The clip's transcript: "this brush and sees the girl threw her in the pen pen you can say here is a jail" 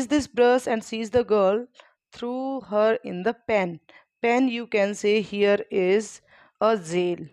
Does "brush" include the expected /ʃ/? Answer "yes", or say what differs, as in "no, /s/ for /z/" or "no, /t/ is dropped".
no, /s/ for /ʃ/